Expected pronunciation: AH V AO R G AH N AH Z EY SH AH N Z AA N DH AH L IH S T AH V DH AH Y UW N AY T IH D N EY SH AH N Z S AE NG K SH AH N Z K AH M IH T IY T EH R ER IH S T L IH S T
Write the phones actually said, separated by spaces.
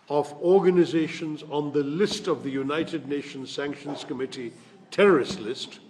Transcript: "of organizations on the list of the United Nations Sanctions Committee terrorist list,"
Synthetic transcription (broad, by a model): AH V AO R G AH N AH Z EY SH AH N Z N DH AH L IH S T AH V DH AH Y UW N AY T IH D N EY SH AH N Z S AE NG K SH AH N Z K AH M IH T IY T EH R ER IH S T L IH S T